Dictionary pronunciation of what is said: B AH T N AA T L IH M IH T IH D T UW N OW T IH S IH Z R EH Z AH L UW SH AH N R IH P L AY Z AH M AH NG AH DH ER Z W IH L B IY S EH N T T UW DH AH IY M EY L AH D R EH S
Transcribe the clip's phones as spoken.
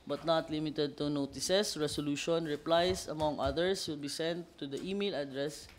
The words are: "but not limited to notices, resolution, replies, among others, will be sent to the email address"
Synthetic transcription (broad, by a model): B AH T N AA T L IH M IH T IH D T UW N OW T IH S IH S R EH S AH L UW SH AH N R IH P L AY S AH M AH NG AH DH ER S W IH L B IY S EH N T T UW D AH IY M EY L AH D R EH S